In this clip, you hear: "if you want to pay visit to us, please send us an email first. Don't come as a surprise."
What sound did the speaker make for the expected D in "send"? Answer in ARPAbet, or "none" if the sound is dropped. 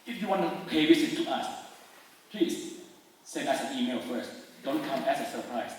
none